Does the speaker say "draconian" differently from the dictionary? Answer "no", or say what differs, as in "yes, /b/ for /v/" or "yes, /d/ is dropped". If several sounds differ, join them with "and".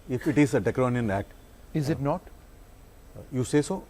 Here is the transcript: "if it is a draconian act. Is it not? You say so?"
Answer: yes, /ɹ/ is dropped